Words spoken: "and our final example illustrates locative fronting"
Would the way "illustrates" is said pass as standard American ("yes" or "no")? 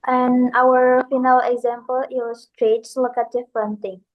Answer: no